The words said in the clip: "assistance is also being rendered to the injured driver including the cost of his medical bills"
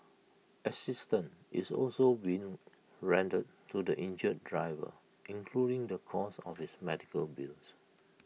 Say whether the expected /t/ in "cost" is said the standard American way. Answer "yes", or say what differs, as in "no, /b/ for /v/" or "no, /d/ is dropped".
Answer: no, /t/ is dropped